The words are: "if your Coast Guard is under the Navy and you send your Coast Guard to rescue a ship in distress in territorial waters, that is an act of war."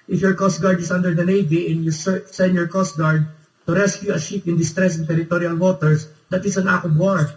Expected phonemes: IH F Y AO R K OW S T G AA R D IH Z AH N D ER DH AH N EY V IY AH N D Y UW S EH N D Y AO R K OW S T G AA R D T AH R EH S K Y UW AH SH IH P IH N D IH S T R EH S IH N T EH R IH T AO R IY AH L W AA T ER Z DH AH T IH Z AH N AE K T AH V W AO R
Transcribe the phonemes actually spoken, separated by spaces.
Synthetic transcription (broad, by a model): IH F Y AO R K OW S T G AA R D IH S AH N D ER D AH N EY V IY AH N Y UW S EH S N Y AO R K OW S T G AA R D T AH R EH S K Y UW AH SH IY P IH N D IH S T R EH S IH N T EH R IH T AO R IY AH L W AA T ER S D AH T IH S AH N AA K AH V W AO R